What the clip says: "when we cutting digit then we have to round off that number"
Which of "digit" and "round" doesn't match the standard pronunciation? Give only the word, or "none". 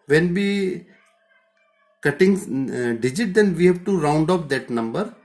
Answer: none